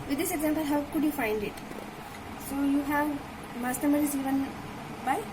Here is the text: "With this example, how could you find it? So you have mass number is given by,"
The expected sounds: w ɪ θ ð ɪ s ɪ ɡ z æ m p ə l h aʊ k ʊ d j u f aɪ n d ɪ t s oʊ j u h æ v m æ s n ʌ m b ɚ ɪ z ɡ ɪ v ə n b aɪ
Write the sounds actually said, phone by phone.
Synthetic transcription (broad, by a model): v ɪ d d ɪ s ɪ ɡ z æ m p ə l h aʊ k ʊ d j u f aɪ n d ɪ t s oʊ j u h æ v m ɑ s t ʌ m ɚ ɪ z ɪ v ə n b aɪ